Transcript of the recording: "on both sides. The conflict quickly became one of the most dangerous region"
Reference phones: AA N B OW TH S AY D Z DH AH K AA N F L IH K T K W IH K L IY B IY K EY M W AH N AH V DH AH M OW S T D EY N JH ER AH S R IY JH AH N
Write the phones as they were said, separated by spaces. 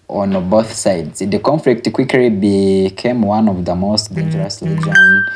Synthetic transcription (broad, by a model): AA N B OW TH S AY D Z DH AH K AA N F L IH K T K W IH K L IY B IY K EY M W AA N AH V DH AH M OW S T D EY N JH ER AH S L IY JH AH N